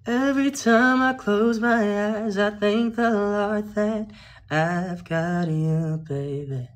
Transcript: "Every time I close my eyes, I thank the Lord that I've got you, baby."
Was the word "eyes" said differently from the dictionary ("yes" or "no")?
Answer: no